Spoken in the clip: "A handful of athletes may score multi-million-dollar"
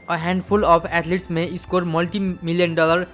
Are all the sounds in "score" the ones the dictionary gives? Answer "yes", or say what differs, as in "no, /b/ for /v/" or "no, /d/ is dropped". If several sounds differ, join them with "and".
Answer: yes